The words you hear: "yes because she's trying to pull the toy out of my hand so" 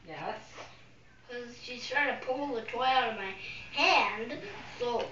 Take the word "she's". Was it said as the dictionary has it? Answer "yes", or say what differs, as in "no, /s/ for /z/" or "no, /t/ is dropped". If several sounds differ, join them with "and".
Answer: no, /s/ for /z/